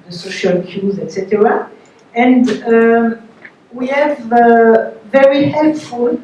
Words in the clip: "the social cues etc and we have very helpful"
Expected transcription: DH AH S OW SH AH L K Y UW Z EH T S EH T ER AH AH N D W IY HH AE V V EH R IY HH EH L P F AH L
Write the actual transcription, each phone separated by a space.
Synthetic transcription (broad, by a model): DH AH S OW SH AH L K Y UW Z EH T S EH T ER AH AH N D W IY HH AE V V EH R IY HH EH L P F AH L